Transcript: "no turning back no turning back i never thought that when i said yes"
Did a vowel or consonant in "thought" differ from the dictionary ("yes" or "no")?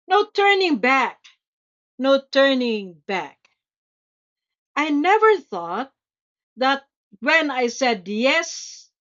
no